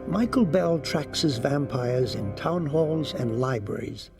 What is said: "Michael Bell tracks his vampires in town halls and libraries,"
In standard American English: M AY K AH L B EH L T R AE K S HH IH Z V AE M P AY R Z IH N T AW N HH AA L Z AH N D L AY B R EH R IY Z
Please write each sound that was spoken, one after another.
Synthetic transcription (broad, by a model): M AY K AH L B EH L T R AE K S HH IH Z V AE M P AY R Z IH N T AW N HH AA L Z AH N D L AY B R EH R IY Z